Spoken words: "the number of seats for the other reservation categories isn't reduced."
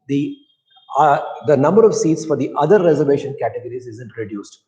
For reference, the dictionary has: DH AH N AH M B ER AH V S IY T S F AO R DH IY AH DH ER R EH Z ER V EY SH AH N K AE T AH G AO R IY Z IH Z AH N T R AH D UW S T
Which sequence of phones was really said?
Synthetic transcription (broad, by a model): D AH N AH M B ER AH V S IY T S F AO R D IY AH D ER R EH Z ER V EY SH AH N K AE T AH G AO R IY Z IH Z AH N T R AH D UW S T